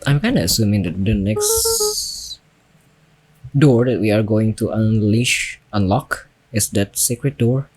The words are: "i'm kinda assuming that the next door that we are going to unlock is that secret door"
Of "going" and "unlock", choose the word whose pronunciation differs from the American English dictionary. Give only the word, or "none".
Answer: none